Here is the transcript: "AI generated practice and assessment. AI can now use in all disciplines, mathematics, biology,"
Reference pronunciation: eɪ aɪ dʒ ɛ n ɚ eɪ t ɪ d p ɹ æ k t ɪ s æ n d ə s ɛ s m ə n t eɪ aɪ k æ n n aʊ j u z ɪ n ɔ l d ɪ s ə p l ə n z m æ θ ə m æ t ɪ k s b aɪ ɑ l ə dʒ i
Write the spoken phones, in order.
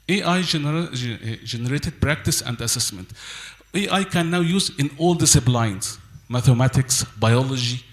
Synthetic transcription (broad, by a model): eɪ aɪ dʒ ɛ n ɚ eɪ t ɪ d p ɹ æ k t ɪ s æ n d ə s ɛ s m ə n t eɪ aɪ k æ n n aʊ j u z ɪ n ɔ l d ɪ s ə b l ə n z m æ θ ə m æ t ɪ k s b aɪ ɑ l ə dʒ i